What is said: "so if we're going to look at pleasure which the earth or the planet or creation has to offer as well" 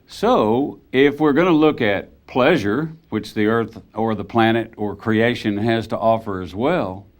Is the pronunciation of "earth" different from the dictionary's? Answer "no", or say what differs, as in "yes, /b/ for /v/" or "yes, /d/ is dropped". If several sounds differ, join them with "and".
no